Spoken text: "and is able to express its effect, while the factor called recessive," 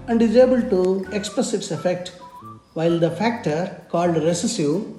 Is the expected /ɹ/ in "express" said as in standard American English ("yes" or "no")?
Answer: no